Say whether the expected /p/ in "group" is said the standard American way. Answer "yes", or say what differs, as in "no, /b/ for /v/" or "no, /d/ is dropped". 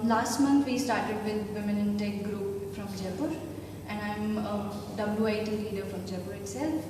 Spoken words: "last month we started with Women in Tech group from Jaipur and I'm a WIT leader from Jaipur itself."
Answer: yes